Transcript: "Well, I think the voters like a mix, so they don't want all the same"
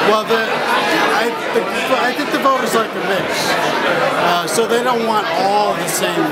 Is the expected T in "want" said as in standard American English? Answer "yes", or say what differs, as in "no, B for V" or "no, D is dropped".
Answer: yes